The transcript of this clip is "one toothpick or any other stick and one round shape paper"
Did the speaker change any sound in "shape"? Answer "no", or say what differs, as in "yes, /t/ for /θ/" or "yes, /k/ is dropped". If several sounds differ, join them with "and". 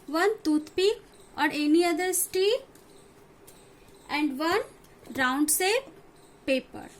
yes, /s/ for /ʃ/